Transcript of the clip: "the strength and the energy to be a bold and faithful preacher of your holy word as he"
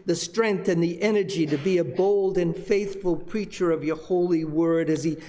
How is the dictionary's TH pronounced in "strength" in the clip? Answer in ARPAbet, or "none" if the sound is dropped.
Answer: TH